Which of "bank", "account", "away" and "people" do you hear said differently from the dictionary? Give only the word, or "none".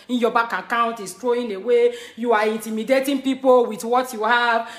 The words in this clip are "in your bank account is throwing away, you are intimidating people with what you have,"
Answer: bank